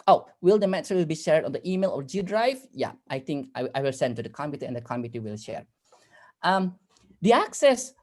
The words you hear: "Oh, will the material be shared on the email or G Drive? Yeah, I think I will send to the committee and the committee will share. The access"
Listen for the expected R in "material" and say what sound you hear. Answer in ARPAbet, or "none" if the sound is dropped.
W